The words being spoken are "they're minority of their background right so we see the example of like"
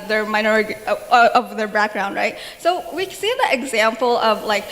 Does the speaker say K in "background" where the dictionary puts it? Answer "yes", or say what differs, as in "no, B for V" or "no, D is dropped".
yes